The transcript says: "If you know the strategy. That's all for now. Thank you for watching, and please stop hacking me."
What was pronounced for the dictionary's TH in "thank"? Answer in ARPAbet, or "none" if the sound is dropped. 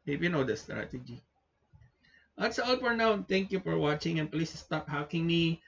T